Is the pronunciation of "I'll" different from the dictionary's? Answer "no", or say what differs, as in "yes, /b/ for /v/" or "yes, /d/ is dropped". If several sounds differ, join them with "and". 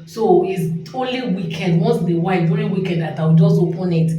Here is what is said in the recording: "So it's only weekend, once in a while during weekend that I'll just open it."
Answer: yes, /w/ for /l/